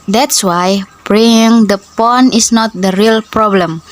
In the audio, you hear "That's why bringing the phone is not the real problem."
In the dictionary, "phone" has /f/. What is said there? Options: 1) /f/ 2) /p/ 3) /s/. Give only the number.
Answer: 2